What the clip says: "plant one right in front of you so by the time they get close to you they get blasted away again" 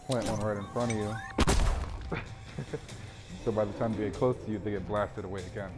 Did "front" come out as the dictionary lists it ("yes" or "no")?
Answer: no